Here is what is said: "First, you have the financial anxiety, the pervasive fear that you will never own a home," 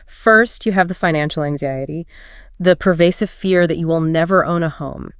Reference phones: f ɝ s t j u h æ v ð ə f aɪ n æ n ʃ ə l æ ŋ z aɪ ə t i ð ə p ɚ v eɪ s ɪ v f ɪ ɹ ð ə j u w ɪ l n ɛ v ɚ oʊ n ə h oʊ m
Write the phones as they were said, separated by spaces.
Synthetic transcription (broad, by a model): f ɝ s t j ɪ v ð ə f aɪ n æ n ʃ l æ ŋ z aɪ ə t i ð ə p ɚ v eɪ s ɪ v f ɪ ɹ ð ə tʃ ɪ w ɪ l n ɛ v ɚ oʊ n ə h oʊ m